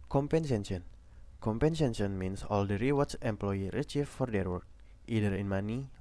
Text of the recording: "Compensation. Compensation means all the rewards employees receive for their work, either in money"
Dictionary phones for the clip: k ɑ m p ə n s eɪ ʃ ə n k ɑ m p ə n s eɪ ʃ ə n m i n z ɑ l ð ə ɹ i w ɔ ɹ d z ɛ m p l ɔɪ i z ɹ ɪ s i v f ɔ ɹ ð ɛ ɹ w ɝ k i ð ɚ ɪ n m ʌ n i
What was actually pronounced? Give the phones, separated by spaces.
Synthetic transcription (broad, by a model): k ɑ m p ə n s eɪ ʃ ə n k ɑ m p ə n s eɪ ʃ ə n m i n s ɑ l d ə ɹ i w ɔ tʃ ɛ m p l ɔɪ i ɹ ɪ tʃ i f f ɔ ɹ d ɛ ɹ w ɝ k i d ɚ ɪ n m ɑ n i